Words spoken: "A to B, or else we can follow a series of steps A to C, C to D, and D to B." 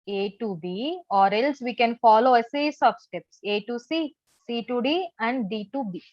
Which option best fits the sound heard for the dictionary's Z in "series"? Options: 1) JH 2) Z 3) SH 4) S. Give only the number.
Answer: 4